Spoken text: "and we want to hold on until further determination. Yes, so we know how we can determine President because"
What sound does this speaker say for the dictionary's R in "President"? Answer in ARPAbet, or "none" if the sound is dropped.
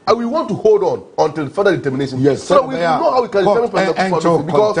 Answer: none